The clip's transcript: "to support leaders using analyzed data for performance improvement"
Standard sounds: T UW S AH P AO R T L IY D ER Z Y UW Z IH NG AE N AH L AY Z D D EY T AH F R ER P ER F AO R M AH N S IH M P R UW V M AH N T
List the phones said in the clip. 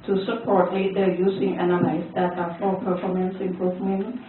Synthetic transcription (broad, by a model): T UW S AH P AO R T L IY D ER Y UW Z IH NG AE N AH L AY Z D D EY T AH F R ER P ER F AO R M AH N S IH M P R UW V M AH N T